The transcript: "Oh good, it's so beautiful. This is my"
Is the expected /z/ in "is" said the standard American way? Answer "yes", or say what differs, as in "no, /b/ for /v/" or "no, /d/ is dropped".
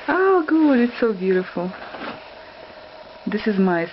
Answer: yes